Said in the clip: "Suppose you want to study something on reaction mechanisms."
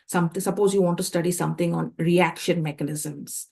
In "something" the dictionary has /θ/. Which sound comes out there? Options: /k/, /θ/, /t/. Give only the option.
/t/